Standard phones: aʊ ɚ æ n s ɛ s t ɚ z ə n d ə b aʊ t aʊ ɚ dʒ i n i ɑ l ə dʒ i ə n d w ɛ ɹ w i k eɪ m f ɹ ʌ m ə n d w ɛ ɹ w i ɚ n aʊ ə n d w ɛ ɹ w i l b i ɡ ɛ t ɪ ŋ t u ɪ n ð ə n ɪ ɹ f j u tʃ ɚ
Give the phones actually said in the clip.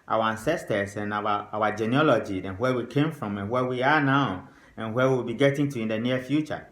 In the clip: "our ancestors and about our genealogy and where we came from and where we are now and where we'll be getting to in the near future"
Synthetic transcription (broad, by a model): aʊ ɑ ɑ n s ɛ s t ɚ s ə n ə aʊ aʊ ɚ dʒ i n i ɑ l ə dʒ i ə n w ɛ w i k eɪ m f ɹ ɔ m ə n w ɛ w i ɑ n aʊ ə n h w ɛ w i l b i ɡ ɛ t ɪ ŋ t u ɪ n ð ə n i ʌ f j u tʃ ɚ